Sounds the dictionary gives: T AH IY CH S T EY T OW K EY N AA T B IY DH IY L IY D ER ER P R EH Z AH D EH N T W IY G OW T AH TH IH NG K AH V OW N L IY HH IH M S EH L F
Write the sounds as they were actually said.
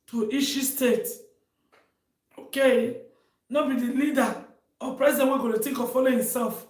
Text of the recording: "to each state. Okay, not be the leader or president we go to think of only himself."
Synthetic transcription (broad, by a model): T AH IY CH S T EY T OW K EY N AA B IY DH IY L IY D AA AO P R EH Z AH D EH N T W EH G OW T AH T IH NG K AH F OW L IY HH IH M S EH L F